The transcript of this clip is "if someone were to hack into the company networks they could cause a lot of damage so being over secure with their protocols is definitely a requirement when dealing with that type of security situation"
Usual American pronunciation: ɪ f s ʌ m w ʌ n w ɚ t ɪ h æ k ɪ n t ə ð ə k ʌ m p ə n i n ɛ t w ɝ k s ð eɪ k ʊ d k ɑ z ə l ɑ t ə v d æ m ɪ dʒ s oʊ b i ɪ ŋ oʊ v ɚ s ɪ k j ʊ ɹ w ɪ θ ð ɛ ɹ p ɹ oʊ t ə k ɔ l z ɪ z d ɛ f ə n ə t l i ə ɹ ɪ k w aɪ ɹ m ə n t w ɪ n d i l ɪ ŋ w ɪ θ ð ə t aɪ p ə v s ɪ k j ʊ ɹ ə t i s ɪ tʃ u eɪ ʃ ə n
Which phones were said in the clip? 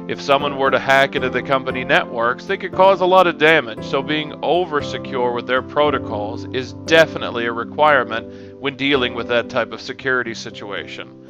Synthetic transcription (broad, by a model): ɪ f s ʌ m w ʌ n w ɚ t ɪ h æ k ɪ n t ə ð ə k ʌ m p ə n i n ɛ t w ɝ k s ð eɪ k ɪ d k ɑ z ə l ɑ t ə v d æ m ɪ dʒ s oʊ b i ɪ ŋ oʊ v ɚ s ɪ k j ʊ ɹ w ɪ ð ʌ ɹ p ɹ oʊ t ə k ɔ l z ɪ z d ɛ f ə n ə t l i ə ɹ ɪ k w aɪ ɹ m ə n t w ɪ n d i l ɪ ŋ w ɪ ð ə t aɪ p ə v s ɪ k j ʊ ɹ ə t i s ɪ tʃ u eɪ ʃ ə n